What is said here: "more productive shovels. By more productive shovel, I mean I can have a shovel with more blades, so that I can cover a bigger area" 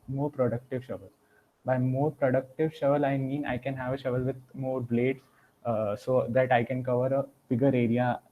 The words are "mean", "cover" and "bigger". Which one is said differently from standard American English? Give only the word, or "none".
none